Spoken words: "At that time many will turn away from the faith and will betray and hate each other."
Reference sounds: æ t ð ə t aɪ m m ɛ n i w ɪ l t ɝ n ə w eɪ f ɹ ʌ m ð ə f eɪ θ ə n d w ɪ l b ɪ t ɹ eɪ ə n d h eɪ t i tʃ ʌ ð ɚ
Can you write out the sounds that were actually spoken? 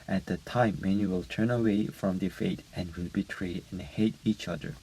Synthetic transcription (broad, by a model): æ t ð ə t aɪ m m ɛ n i w ɪ l t ɝ n ə w eɪ f ɹ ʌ m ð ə f eɪ t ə n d w ɪ l b ɪ t ɹ eɪ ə n h eɪ t i tʃ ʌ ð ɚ